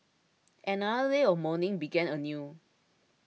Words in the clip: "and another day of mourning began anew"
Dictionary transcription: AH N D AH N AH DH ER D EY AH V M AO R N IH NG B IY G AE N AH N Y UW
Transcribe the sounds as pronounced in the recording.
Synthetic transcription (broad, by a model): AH N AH AH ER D EY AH F M AO N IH NG B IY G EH N AH N Y UW